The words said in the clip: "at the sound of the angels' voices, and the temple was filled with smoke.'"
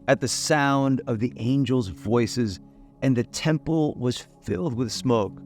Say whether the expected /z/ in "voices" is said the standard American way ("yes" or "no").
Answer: yes